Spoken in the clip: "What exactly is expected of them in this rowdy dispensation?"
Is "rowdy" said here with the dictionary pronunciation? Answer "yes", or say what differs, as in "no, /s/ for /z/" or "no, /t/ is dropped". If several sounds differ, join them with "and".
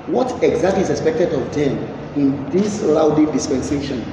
no, /l/ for /ɹ/